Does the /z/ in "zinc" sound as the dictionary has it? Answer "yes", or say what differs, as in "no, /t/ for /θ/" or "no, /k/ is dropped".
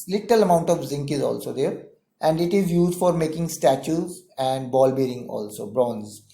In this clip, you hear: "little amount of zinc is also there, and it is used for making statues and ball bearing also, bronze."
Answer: yes